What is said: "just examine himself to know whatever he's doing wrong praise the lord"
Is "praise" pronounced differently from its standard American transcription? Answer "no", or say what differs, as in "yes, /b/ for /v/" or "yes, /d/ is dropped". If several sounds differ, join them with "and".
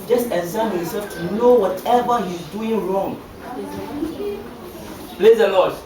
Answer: yes, /l/ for /ɹ/